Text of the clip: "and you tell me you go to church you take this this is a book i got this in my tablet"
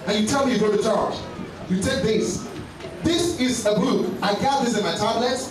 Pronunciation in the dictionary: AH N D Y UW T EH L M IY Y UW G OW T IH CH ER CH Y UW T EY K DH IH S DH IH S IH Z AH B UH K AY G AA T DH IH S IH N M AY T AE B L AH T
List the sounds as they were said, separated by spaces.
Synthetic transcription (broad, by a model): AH N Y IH T EH L M IY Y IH G OW T IH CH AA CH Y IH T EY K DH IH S DH IH S IH Z AH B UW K AY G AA DH IH S IH N M AY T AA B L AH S